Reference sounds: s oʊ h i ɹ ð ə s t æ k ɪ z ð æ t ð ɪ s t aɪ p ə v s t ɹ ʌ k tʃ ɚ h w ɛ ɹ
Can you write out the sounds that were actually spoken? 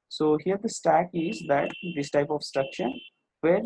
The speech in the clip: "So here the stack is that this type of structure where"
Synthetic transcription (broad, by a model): s oʊ h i ɹ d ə s t æ k ɪ z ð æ t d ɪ s t aɪ p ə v s t ɹ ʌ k ʃ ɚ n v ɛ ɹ